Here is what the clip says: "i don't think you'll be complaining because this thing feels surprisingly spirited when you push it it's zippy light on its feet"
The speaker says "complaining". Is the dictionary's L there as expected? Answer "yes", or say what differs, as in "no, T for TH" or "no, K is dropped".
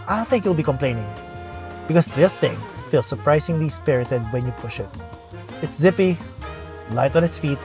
yes